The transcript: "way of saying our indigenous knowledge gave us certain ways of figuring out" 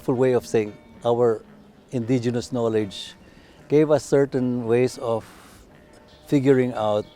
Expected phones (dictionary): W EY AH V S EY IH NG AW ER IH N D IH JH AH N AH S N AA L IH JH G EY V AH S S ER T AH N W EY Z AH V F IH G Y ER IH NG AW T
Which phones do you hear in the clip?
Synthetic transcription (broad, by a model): W EY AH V S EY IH NG AW ER IH N D IH JH AH N AH S N AA L IH JH G EY V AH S S ER T AH N W EY S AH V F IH G Y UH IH NG AW T